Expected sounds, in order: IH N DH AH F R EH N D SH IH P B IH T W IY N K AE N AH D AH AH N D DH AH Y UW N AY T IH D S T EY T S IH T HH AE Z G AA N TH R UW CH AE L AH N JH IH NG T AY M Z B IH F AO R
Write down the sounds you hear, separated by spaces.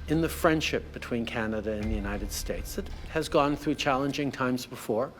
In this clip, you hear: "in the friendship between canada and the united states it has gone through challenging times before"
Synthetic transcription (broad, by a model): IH N DH AH F R EH N D SH IH P B IH T W IY N K AE N AH D AH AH N DH AH Y UW N AY T IH D S T EY T S IH T HH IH Z G AA N TH R UW CH AE L AH N JH IH NG T AY M Z B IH F AO R